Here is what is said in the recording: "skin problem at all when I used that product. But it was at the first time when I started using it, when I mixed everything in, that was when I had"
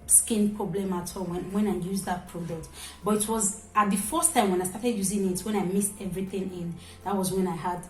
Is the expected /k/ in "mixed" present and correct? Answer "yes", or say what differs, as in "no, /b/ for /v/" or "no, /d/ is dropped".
no, /k/ is dropped